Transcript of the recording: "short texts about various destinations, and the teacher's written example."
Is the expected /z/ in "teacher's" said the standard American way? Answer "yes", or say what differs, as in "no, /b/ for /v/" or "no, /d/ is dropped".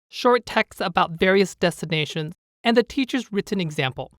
yes